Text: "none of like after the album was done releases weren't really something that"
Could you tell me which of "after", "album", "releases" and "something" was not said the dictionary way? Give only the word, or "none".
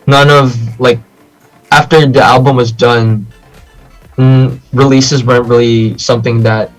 none